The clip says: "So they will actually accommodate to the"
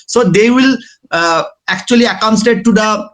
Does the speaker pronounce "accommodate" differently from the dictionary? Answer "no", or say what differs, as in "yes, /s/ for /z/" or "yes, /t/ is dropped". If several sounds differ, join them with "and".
yes, /m/ is dropped